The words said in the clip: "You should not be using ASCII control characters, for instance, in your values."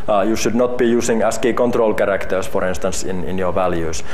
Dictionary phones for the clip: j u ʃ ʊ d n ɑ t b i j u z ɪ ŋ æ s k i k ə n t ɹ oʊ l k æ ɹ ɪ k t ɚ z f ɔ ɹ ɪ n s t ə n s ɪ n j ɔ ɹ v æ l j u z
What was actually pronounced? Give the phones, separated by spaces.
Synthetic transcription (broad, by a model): j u ʃ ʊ d n ɑ t b i j u s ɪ ŋ æ s k i k ə n t ɹ oʊ l k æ ɹ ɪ k t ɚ s f ɔ ɹ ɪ n s t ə n s ɪ n j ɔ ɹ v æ l j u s